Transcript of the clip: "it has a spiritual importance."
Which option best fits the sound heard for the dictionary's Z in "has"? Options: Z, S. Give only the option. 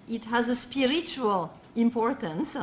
Z